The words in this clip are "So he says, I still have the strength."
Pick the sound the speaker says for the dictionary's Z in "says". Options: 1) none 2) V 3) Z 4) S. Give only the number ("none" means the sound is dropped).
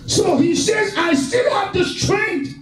3